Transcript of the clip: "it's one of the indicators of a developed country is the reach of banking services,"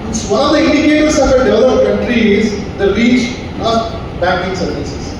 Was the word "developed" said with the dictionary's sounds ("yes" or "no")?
no